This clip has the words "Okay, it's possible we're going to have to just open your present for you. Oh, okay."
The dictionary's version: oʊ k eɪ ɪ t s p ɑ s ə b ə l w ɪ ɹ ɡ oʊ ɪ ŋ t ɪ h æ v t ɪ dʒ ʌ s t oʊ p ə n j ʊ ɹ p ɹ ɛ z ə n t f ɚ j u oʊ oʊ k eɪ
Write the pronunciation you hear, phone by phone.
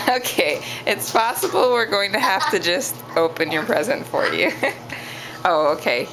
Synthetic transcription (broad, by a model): oʊ k eɪ ɪ t s p ɑ s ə b l w ɪ ɹ ɡ oʊ ɪ ŋ t ɪ h æ f t ɪ dʒ ʌ s t oʊ p ə n j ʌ ɹ p ɹ ɛ z ə n t f ɚ j u oʊ oʊ k eɪ